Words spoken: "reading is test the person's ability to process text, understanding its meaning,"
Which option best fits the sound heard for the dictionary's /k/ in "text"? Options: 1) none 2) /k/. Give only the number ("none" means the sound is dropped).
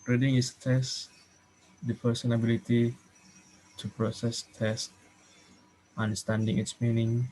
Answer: 1